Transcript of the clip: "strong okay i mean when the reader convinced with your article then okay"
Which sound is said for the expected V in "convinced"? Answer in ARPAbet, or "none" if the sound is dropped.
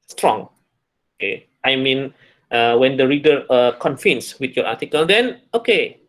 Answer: F